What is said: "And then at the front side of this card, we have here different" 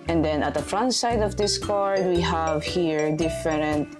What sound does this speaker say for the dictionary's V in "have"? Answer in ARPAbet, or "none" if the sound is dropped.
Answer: V